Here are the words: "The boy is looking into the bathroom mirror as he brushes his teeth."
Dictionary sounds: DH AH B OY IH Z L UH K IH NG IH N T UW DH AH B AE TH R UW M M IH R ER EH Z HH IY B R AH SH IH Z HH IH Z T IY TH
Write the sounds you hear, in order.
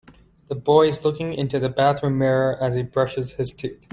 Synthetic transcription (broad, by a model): DH AH B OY IH Z L UH K IH NG IH N T UW DH AH B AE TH R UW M M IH R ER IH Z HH IY B R AH SH IH Z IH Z T IY TH